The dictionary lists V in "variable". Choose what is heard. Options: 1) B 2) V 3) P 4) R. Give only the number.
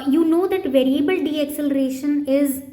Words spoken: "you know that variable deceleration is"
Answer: 2